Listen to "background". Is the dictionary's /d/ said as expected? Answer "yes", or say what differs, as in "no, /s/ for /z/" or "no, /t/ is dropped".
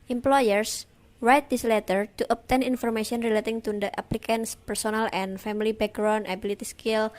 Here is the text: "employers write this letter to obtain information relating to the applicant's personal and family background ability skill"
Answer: no, /d/ is dropped